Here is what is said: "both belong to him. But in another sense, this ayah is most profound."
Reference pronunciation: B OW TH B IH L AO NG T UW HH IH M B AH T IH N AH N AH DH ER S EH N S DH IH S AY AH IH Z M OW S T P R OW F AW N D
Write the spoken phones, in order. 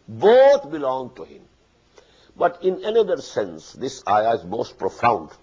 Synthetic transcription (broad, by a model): B OW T B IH L AO NG T UW HH IH M B AH T IH N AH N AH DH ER S EH N S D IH S AY AH IH Z M OW S T P R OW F AW N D